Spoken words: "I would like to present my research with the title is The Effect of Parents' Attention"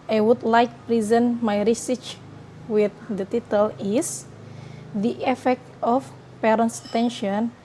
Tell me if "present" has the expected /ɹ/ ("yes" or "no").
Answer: yes